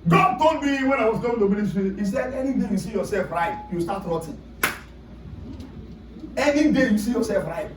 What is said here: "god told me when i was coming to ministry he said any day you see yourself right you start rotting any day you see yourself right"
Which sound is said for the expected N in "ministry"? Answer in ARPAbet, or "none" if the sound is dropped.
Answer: L